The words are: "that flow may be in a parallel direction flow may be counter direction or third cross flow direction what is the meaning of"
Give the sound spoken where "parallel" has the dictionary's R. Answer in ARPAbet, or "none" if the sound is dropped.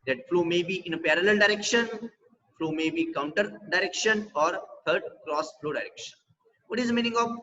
R